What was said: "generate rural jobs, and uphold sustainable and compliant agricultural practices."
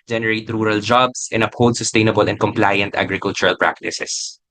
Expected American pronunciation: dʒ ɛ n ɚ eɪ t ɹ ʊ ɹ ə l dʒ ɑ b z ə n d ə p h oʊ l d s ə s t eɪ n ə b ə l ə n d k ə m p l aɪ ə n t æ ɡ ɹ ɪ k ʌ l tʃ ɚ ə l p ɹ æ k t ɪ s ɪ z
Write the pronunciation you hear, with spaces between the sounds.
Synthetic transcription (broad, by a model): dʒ ɛ n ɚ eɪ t ɹ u ɹ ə l dʒ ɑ b s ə n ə p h oʊ w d s ə s t eɪ n ə b ə l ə n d k ə m p l aɪ ə n t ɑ ɡ ɹ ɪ k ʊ l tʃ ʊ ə l p ɹ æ k t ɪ s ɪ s